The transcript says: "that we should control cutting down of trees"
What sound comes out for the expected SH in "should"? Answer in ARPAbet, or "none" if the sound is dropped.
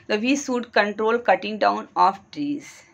S